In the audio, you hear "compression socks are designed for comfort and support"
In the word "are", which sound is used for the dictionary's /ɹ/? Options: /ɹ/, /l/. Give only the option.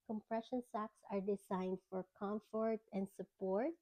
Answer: /ɹ/